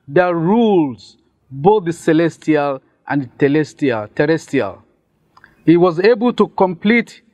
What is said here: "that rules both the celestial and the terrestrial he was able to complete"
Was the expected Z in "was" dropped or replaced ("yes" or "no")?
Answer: no